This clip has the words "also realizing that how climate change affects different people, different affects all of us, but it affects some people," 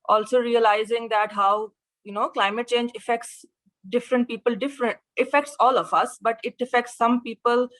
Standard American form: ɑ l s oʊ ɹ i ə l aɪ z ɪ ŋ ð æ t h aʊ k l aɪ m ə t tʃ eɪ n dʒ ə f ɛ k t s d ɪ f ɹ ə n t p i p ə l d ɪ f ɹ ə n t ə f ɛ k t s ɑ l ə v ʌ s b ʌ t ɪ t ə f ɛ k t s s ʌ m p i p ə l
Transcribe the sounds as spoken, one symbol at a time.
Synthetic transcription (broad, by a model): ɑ l s oʊ ɹ i ə l aɪ z ɪ ŋ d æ t h aʊ k l aɪ m ə t tʃ eɪ n dʒ ə f ɛ k t s d ɪ f ɹ ə n t p i p ə l d ɪ f ɹ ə n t ə f ɛ k t s ɑ l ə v ʌ s b ʌ t ɪ t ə f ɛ k t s s ʌ m p i p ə l